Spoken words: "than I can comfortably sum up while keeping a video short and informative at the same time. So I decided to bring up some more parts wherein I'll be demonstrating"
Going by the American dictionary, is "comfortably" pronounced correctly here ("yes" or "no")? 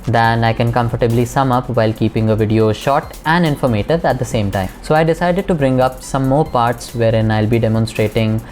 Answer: yes